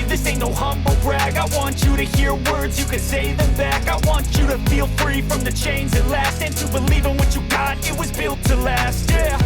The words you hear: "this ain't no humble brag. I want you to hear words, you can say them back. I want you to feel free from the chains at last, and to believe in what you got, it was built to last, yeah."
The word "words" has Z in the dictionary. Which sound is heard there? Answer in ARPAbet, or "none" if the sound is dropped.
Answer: Z